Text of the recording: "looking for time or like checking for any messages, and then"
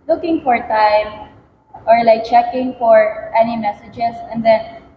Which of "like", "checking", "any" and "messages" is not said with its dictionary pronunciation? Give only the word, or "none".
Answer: messages